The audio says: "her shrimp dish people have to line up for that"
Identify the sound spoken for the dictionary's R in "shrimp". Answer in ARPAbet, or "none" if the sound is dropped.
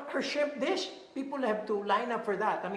none